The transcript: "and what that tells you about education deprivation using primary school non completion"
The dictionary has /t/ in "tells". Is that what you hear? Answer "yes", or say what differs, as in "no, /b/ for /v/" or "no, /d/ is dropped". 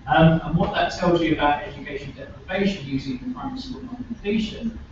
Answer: yes